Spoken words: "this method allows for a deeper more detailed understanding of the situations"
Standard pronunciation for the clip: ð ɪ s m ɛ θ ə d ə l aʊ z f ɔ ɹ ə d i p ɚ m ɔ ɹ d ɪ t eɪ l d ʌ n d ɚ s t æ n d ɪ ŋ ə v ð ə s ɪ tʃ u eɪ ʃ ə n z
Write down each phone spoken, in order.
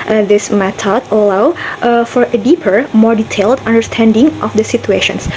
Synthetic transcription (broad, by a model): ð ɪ s m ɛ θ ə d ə l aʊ f ɔ ɹ ə d i p ɚ m ɔ ɹ d ɪ t eɪ l d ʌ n d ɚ s t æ n d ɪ ŋ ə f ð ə s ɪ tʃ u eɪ ʃ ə n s